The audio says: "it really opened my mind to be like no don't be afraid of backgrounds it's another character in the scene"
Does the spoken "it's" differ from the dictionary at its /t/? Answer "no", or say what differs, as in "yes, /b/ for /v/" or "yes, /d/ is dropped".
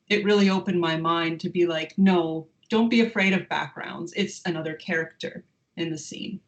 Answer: no